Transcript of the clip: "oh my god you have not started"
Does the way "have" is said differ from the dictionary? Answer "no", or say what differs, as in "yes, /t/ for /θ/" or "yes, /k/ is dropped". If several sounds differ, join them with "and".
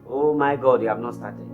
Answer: yes, /b/ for /v/